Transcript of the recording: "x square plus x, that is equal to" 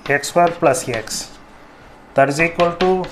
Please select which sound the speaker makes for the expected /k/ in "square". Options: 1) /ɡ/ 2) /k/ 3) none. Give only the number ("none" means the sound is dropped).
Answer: 3